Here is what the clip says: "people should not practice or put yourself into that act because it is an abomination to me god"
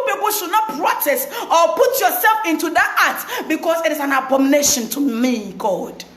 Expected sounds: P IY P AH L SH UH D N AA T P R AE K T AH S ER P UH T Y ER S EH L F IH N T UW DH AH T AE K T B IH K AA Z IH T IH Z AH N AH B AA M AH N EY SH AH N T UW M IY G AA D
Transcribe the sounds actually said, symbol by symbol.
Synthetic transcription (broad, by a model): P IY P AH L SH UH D N AA T P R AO T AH S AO P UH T Y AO S EH L F IH N T UW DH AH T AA T B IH K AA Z IH T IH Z AH N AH B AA M N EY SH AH N T UW M IY G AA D